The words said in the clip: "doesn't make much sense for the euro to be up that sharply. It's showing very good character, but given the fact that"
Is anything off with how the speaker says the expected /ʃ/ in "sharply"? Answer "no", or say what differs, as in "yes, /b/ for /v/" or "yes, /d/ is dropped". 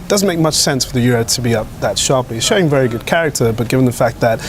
no